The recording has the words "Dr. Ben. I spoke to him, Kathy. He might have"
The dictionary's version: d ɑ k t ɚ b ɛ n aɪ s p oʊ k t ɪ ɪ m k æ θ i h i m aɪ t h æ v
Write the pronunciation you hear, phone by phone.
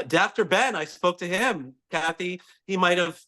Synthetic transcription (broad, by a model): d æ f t ɚ b ɛ n aɪ s p oʊ k t ɪ ɪ m k æ θ i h i m aɪ t h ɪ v